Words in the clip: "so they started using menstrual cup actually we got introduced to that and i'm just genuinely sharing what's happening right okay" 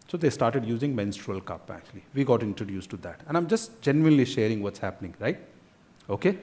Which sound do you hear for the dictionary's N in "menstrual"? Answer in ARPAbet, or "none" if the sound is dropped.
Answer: N